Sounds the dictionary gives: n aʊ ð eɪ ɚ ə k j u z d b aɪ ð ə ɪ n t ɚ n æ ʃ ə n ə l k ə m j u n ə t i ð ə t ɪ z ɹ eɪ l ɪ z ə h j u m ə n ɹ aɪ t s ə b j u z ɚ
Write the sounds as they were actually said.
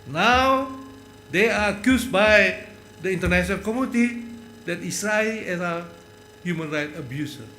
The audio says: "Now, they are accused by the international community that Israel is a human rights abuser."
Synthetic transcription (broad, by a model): n aʊ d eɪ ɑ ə k j u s b aɪ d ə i n t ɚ n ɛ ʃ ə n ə l k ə m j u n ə t i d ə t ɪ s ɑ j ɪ s ə h j u m ə n ɹ aɪ t ə b j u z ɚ